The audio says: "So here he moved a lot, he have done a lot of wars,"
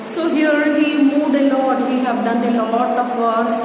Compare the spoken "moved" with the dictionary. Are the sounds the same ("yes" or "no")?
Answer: no